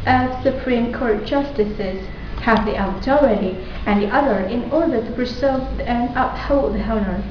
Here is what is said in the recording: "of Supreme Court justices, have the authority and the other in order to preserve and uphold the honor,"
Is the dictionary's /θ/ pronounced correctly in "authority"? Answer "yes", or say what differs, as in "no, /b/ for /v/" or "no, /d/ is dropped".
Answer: no, /t/ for /θ/